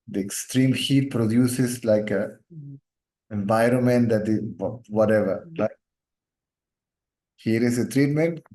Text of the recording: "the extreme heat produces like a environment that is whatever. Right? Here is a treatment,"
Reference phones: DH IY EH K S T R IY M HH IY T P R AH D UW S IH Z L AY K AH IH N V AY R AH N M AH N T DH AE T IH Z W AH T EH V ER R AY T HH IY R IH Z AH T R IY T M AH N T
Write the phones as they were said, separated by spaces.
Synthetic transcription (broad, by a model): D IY EH K S T R IY M HH IY T P R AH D UW S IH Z L AY K AH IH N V AY R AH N M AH N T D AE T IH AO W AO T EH V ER L AY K HH IY R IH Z AH T R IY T M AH N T